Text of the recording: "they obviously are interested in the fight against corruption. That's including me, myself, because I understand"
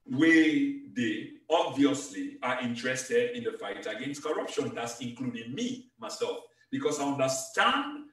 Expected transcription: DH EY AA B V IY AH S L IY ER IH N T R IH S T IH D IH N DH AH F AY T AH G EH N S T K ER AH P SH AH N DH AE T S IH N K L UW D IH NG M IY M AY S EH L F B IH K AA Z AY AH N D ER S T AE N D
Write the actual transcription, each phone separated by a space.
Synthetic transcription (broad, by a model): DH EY AA B V IY AH S L IY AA IH N T R IH S T IH D IH N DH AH F AY T AH G EH N S T K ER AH P SH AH N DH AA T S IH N K L UW D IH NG M IY M AY S EH L F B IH K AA S AY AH N D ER S T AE N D